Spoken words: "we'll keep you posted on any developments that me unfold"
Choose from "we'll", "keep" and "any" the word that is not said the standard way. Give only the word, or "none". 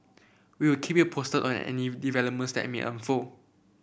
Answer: we'll